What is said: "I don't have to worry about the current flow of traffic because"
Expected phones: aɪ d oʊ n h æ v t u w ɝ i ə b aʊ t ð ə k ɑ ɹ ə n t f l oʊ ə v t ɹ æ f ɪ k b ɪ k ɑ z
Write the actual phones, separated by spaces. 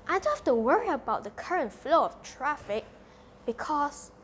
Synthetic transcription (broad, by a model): aɪ d oʊ n h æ f t u w ɝ i ə b aʊ t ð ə k ɑ ɹ ə n t f l oʊ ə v t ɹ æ f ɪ k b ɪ k ɑ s